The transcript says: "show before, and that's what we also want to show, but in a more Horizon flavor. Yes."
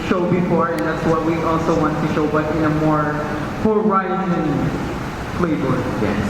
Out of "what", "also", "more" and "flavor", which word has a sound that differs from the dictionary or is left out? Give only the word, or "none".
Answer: flavor